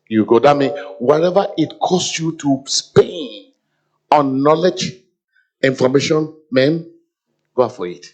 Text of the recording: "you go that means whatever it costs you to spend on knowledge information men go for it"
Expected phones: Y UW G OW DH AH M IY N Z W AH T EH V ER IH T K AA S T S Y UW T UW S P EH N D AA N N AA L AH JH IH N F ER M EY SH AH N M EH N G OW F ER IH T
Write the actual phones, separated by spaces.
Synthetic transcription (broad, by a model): Y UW G OW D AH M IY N W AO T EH V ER IH T K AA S S Y UW T UW S P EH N AA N N AA L AH JH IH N F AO M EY SH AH N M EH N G OW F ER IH T